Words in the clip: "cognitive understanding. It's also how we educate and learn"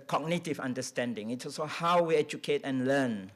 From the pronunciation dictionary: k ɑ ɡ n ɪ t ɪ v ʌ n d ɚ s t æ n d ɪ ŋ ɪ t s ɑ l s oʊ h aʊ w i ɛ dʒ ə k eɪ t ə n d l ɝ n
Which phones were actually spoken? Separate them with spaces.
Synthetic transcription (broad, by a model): k ɑ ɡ n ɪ t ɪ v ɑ n d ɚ s t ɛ n d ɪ ŋ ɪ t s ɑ s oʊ h aʊ w i ɛ dʒ ə k eɪ t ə n l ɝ n